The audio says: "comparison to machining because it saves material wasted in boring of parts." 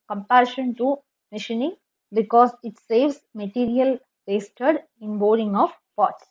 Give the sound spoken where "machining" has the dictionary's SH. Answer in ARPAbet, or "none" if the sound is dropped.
SH